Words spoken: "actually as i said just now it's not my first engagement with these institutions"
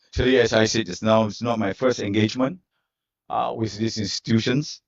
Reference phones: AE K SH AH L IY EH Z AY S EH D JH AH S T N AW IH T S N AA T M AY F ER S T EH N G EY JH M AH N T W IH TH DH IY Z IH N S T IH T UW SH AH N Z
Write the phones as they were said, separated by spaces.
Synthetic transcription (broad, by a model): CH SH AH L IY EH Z AY S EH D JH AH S N AW IH T S N AA T M AY F ER S T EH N G EY JH M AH N T W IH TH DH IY S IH N S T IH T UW SH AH N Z